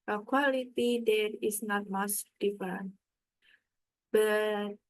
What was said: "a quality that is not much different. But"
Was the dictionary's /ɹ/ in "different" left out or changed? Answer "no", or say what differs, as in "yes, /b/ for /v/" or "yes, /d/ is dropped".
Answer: yes, /ɹ/ is dropped